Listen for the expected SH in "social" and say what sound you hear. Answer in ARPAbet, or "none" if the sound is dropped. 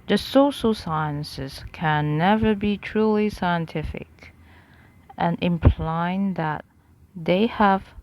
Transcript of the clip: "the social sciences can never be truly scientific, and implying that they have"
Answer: SH